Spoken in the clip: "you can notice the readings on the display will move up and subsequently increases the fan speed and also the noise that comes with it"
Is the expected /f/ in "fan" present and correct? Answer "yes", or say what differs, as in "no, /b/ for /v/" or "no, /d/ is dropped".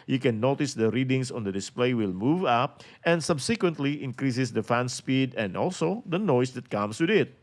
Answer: yes